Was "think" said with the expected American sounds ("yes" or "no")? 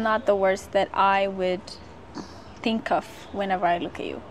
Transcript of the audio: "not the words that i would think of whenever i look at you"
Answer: yes